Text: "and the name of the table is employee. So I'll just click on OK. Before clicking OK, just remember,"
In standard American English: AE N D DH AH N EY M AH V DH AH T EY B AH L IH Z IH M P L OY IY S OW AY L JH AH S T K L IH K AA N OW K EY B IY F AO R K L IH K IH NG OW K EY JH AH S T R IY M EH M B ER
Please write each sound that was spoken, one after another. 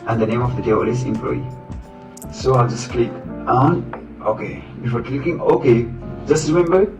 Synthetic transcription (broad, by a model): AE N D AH N EY M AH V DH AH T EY AH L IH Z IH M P L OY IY S OW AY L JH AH S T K L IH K AA N OW K EY B IY F AO R K L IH K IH NG OW K EY JH AH S T R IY M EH M B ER